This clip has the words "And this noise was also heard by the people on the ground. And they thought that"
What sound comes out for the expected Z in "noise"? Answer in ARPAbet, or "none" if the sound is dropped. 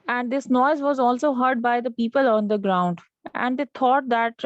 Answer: Z